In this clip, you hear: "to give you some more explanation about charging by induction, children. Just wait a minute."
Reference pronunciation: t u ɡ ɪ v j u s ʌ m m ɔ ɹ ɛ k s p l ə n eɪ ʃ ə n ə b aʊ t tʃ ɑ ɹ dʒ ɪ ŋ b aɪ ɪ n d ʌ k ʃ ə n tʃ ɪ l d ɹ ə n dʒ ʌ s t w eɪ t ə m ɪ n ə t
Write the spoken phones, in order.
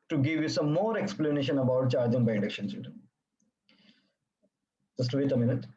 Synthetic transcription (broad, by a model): t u ɡ ɪ v j u s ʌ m m ɔ ɹ ɛ k s p l ə n eɪ ʃ ə n ə b aʊ t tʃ ɑ ɹ dʒ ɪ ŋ b aɪ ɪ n d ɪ k ʃ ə n s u d ə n dʒ ʌ s t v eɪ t ə m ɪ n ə t